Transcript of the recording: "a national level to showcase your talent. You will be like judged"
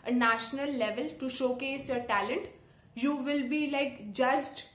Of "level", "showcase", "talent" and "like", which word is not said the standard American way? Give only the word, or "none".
none